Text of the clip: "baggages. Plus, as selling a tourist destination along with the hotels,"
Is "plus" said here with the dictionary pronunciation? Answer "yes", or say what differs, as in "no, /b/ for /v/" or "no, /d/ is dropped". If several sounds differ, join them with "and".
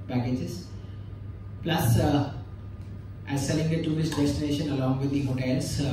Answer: yes